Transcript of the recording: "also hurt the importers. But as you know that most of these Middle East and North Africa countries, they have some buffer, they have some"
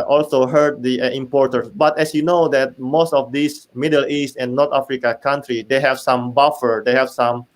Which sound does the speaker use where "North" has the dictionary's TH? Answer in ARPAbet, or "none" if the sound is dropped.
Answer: T